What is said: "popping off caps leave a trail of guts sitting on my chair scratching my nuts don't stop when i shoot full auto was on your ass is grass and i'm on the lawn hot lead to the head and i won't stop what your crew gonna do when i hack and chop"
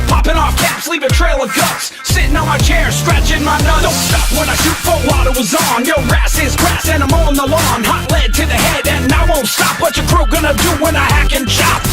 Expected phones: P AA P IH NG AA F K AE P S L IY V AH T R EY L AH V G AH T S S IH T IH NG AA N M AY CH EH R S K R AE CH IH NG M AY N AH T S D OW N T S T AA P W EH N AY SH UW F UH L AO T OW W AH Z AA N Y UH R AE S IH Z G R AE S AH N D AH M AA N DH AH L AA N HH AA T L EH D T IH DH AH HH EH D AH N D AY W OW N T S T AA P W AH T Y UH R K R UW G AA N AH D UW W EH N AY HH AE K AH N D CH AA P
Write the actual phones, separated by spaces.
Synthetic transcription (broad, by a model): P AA P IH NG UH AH K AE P S L IY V AH T R EY L AH V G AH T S S IH T IH NG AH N M AY CH EH R S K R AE CH IH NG M AY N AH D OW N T S T AA P W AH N AY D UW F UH W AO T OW W AH Z AA N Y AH R AE S IH Z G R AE S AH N AH M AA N DH AH L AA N HH AA T L EH D T IH DH AH HH EH D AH N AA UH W OW N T S T AA P W AH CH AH R K R UW G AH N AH D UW W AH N AY HH AE K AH N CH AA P